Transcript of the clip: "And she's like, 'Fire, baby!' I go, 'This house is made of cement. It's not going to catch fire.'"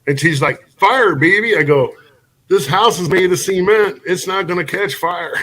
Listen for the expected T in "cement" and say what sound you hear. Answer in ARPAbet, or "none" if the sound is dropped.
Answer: none